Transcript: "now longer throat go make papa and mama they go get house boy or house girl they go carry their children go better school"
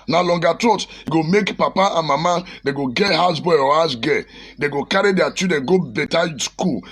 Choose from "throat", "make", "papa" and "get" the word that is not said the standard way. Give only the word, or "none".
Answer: throat